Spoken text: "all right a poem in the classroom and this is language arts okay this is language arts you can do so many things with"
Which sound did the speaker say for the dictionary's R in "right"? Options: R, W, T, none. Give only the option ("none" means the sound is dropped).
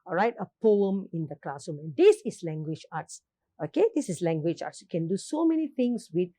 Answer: R